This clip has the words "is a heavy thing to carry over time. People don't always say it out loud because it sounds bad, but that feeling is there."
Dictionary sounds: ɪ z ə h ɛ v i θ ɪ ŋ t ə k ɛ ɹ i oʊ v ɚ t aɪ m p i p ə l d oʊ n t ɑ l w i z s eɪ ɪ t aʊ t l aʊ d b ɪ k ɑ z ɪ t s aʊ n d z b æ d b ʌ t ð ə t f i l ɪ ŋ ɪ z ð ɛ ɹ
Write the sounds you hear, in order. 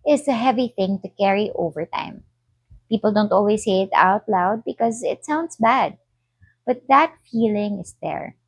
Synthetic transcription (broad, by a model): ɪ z ə h ɛ v i θ ɪ ŋ t ə k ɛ ɹ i oʊ v ɚ t aɪ m p i p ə l d oʊ n t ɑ l w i s eɪ ɪ t aʊ t l aʊ d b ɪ k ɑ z ɪ t s aʊ n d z b æ d b ʌ t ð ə t f i l ɪ ŋ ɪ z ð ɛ ɹ